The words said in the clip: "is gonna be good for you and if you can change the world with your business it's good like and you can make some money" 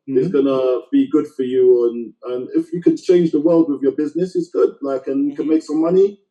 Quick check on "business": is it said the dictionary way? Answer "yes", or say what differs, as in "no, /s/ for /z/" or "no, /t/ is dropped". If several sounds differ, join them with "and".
yes